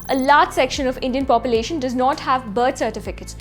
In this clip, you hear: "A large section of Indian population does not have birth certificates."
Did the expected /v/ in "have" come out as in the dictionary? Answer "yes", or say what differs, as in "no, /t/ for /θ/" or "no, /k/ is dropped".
yes